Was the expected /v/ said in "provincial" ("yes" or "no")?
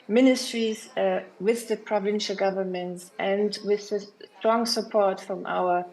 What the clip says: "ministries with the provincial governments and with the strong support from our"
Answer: yes